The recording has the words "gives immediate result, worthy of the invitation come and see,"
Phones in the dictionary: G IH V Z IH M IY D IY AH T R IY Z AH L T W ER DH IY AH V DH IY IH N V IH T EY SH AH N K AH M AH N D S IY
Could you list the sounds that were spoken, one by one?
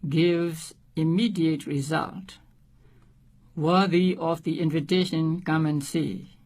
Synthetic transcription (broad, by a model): G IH V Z IH M IY D IY AH T R IY Z AH L T W ER DH IY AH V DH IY IH N V IH T EY SH AH N K AH M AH N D S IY